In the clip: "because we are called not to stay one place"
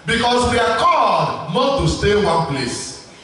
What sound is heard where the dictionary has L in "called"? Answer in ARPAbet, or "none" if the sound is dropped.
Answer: none